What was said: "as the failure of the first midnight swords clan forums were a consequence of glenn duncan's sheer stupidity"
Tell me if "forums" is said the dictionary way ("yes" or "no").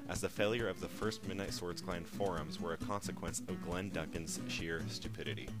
yes